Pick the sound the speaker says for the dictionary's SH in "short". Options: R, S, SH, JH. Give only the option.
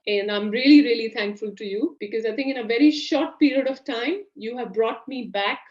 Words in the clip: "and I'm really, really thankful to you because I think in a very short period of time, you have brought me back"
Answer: SH